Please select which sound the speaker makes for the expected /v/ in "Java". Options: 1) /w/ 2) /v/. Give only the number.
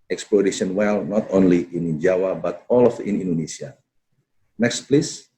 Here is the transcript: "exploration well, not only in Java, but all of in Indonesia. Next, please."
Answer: 1